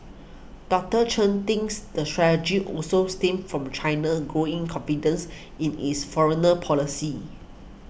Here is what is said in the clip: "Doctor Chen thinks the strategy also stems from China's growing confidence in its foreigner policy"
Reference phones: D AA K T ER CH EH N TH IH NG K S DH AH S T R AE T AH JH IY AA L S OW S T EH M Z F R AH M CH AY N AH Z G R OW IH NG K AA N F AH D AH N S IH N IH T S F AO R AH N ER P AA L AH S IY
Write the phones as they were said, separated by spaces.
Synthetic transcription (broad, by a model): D AA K T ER CH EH N T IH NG S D AH S T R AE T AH JH IY AA L S OW S T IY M F R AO M CH AY N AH G R OW IH NG K AA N F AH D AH N S IH N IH S F AO R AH N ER P AA L AH S IY